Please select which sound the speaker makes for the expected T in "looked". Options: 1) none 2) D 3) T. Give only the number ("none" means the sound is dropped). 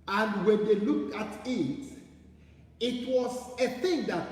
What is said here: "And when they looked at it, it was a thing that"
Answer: 1